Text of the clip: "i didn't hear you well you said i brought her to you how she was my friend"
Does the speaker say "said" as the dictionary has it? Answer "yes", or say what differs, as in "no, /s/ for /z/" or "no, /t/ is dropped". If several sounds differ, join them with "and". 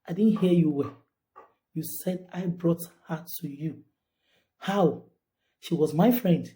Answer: yes